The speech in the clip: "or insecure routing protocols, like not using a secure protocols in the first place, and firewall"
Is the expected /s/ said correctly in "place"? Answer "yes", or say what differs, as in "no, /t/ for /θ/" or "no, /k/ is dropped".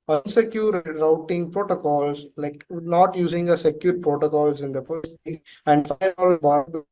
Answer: no, /s/ is dropped